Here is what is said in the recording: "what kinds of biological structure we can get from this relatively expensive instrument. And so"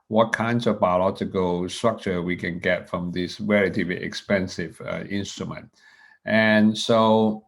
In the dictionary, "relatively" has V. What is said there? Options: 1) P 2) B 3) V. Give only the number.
2